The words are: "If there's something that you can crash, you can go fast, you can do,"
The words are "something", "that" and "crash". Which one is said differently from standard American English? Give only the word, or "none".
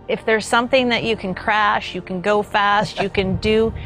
none